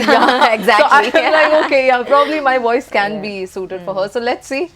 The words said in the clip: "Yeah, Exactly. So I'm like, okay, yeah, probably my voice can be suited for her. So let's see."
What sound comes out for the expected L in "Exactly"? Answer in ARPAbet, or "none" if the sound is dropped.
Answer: none